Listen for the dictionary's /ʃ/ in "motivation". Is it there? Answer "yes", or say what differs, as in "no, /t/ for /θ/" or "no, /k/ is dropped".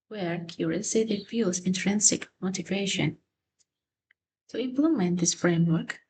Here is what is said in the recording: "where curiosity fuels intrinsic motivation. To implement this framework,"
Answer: yes